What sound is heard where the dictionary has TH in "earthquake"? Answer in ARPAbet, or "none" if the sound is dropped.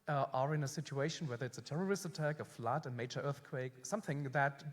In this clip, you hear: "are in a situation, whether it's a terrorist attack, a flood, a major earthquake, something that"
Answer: TH